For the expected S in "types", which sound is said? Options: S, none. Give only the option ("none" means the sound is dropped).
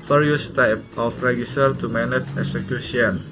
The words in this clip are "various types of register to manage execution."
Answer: none